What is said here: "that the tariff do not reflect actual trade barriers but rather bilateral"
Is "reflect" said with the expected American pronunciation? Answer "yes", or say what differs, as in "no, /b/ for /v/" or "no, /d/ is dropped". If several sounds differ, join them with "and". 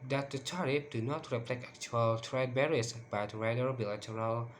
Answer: no, /t/ is dropped